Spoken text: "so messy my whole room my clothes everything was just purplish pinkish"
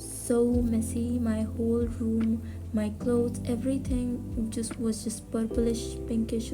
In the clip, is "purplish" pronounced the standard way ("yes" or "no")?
yes